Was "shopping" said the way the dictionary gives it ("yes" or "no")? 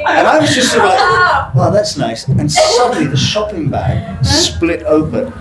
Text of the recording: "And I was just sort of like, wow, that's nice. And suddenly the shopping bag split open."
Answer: yes